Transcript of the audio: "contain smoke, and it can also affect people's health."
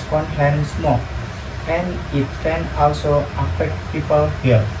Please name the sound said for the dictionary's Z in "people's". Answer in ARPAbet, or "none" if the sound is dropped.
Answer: none